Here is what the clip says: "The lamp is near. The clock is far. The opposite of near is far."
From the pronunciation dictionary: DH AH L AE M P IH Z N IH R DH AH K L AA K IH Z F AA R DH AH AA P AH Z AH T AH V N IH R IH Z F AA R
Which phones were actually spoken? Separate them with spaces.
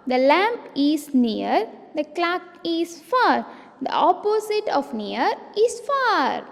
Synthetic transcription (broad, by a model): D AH L AE M P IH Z N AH R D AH K L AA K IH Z F AA R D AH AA P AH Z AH T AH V N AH R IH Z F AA R